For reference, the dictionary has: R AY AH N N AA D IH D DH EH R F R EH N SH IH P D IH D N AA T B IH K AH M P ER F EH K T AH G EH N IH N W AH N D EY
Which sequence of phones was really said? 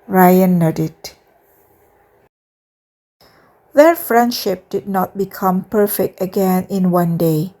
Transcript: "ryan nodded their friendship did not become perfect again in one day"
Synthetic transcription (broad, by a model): R AY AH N N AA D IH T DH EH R F R EH N SH IH P D IH D N AA T B IH K AH M P ER F EH K T AH G EH N IH N W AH N D EY